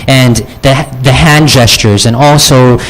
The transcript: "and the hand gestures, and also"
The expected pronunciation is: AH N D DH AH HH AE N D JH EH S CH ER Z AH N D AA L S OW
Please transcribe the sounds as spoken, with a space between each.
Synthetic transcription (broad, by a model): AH N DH DH AH HH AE N JH EH S CH ER Z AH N AA L S OW